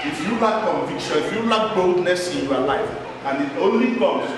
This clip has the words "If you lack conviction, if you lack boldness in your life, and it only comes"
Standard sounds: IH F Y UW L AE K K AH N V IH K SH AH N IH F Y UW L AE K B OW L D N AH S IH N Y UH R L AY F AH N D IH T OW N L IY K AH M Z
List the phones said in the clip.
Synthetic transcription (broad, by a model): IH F Y UW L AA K K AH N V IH K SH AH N IH F Y UW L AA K B OW L D N AH S IH N Y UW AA L AY F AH N IH T OW N L IY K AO M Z